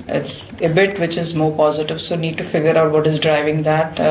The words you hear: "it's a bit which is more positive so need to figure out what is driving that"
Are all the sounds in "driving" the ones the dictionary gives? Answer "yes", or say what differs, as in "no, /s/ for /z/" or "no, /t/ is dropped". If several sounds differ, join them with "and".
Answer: yes